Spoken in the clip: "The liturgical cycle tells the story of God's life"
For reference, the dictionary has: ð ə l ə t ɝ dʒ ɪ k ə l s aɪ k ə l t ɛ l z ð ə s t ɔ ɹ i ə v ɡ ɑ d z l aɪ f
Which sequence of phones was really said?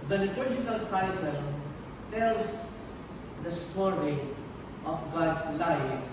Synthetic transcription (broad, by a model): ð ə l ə t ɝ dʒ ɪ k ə l s aɪ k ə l t ɛ l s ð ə s t ɔ ɹ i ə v ɡ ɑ d s l aɪ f